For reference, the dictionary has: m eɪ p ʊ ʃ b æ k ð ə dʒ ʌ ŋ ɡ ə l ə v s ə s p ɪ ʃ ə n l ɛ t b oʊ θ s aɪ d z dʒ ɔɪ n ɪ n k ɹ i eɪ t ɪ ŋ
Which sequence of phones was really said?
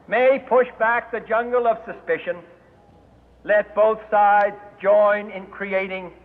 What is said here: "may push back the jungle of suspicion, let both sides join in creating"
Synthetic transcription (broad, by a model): m eɪ p ʊ ʃ b æ k ð ə dʒ ʌ ŋ ɡ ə l ə v s ə s p ɪ ʃ ə n l ɛ t b oʊ θ s aɪ d z dʒ ɔɪ n ɪ n k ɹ i eɪ t ɪ ŋ